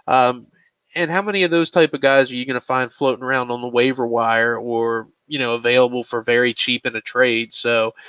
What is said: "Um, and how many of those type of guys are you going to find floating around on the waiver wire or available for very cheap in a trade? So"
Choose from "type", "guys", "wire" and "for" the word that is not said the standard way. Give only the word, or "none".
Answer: none